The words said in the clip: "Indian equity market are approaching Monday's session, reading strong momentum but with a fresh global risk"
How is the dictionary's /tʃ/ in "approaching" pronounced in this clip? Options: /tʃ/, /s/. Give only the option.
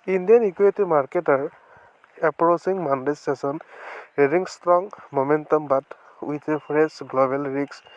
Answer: /s/